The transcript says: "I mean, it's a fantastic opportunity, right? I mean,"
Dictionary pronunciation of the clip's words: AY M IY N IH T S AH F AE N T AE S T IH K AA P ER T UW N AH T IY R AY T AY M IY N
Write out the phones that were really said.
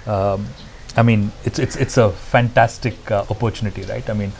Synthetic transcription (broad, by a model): AY M IY N IH T S AH F AE N T AE S T IH K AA P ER T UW N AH T IY R AY T AY M IY N